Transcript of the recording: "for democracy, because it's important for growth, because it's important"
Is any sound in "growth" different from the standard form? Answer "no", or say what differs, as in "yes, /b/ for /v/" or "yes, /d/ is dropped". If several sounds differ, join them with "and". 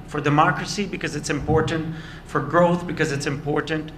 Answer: no